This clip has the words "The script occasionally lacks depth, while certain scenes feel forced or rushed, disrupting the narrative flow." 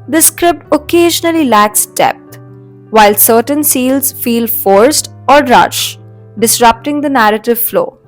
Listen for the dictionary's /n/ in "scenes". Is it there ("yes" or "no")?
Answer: no